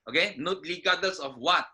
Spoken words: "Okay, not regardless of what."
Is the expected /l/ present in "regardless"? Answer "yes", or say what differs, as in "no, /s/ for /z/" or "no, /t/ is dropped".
no, /l/ is dropped